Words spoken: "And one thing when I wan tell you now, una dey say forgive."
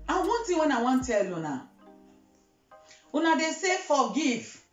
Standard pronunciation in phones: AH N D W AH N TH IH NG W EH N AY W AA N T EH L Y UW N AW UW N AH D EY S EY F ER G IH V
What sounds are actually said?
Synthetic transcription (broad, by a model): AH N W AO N T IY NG W EH N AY W AA N T EH L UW N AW UW N AH D EY S EY F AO G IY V